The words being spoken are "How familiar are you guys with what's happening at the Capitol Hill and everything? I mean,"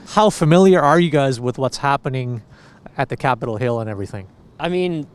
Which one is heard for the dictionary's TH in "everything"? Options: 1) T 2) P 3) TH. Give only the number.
3